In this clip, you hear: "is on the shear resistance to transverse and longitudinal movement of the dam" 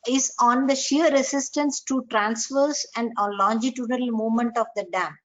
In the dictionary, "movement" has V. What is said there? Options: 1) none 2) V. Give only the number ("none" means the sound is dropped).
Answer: 1